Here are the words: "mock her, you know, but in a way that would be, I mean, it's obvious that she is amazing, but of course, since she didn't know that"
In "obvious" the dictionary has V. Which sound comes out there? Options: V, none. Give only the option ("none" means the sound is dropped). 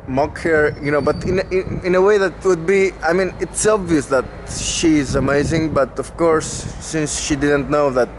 V